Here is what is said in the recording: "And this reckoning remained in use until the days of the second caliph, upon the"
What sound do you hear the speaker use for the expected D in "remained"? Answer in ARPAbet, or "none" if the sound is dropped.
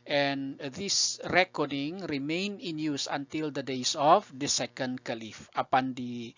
none